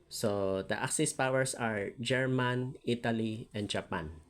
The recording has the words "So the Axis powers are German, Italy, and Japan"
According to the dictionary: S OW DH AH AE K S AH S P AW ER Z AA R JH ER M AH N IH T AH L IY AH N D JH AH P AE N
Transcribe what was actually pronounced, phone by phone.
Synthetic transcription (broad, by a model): S OW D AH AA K S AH S P AW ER S AA R JH ER M AH N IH T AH L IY AH N D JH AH P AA N